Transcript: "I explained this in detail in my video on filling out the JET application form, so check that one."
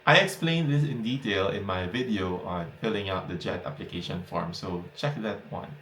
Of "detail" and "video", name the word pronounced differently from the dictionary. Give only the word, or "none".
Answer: none